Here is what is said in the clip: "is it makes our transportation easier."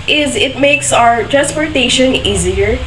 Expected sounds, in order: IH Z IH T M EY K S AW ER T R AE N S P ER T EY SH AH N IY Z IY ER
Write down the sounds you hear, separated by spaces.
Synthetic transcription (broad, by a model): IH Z IH T M EY K S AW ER T R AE N S P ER T EY SH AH N IY Z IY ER